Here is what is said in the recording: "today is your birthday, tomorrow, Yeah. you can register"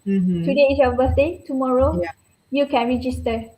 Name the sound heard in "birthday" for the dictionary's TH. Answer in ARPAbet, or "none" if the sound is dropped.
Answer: S